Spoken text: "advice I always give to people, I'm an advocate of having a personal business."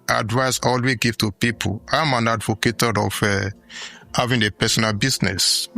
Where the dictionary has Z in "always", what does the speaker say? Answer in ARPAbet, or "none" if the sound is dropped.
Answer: none